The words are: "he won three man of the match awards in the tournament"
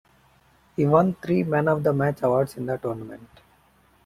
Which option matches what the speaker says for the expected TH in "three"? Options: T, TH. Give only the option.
T